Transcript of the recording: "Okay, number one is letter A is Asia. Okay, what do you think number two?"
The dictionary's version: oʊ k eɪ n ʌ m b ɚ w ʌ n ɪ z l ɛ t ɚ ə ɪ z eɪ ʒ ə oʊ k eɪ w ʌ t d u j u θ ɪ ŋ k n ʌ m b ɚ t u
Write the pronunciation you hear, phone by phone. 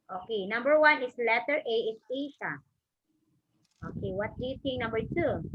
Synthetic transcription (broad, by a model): oʊ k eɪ n ʌ m b ɚ w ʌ n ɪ s l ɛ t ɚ ə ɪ s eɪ ʃ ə oʊ k eɪ w ʌ t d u j u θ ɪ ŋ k n ʌ m b ɚ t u